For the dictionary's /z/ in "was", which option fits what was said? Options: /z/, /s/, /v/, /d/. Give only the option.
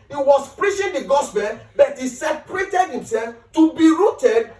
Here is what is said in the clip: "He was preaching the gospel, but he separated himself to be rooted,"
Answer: /s/